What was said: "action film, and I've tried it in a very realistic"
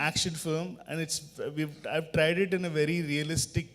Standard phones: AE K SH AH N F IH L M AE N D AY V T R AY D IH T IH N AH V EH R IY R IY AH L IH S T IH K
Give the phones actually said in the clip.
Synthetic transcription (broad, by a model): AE K SH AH N F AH M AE N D AY V T R AY D IH T IH N AH V EH R IY R IY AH L IH S T IH K